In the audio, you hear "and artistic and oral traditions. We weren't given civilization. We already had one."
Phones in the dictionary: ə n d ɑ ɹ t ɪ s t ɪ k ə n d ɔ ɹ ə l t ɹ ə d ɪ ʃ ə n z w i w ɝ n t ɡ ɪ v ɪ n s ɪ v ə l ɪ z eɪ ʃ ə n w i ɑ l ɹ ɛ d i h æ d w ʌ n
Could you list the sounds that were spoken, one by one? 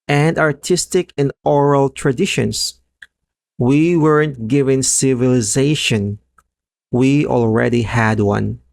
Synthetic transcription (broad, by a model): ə n d ɑ ɹ t ɪ s t ɪ k ə n d ɔ ɹ ə l t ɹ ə d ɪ ʃ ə n s w i w ɝ n t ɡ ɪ v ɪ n s ɪ v ə l ɪ z eɪ ʃ ə n w i ɑ l ɹ ɛ d i h æ d w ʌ n